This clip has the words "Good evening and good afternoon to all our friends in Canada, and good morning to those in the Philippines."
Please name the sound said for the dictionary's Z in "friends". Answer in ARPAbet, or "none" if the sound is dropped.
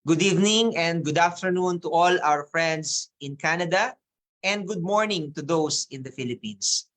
S